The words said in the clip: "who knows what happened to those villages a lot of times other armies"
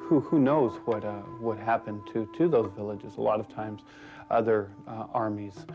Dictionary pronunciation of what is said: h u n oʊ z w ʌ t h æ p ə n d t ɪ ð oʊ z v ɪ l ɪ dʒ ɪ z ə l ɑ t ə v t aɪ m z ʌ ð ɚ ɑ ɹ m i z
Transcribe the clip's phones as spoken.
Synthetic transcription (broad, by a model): h u n oʊ z w ʌ t h æ p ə n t t ɪ ð oʊ z v ɪ l ɪ dʒ ɪ z ə l ɑ t ə v t aɪ m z ʌ ð ɚ ɑ ɹ m i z